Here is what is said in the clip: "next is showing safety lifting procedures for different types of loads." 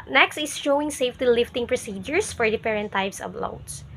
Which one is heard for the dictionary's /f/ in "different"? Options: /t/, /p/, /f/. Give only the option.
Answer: /p/